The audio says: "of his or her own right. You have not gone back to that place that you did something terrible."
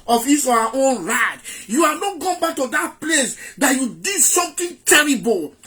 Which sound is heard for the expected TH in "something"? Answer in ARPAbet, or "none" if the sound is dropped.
T